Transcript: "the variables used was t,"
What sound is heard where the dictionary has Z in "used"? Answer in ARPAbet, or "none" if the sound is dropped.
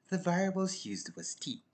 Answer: Z